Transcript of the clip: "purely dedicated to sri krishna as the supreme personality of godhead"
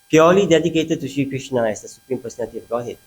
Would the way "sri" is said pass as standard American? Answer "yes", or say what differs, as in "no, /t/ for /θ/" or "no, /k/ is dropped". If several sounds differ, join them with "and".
no, /ɹ/ is dropped